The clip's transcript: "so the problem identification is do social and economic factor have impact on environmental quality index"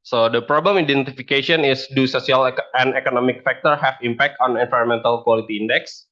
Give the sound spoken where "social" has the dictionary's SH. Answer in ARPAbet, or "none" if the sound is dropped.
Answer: S